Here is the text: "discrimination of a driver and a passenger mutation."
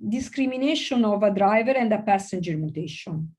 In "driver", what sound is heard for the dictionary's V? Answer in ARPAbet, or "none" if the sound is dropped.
V